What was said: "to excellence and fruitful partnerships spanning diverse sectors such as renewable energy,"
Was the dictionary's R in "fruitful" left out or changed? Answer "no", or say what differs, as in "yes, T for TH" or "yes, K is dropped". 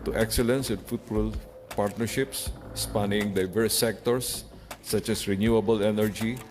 yes, R is dropped